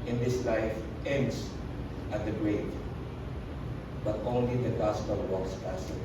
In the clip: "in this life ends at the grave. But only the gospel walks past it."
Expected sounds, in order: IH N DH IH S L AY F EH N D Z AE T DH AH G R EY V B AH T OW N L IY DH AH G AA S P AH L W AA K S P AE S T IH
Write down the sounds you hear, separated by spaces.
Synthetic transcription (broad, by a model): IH N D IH S L AY F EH N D S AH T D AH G R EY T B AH T OW N L IY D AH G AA S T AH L W AA K S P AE S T